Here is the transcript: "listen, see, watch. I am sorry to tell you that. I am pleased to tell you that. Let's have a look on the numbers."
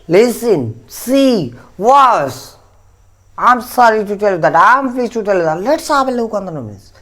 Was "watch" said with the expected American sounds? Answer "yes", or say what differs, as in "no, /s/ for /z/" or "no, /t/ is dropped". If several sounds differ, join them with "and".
no, /s/ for /tʃ/